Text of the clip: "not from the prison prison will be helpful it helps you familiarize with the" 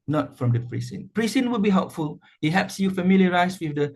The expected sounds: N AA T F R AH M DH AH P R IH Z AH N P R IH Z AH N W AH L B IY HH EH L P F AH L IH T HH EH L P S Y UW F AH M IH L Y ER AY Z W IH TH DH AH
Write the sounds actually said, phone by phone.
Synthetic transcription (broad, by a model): N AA T F R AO M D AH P R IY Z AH N P R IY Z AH N W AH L B IY HH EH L P F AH L IH T HH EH P S Y UW F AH M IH L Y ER AY S W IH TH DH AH